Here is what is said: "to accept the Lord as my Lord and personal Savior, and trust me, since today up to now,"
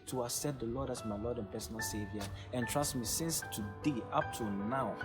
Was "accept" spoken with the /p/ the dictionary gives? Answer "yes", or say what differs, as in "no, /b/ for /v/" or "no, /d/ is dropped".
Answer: no, /p/ is dropped